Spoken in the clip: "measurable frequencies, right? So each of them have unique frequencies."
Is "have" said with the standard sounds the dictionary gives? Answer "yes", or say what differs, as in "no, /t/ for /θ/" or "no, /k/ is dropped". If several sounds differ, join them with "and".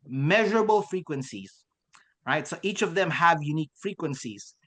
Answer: yes